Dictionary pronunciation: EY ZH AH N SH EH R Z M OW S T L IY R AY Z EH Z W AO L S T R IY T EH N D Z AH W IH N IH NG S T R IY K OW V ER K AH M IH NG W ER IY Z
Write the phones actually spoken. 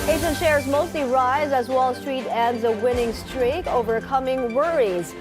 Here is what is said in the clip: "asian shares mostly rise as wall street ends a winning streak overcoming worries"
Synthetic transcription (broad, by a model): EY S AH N SH EH R Z M OW S T L IY R AY Z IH Z W AO L S T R IY T EH N D Z AH W IH N IH NG S T R IY K OW V ER K AH M IH NG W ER IY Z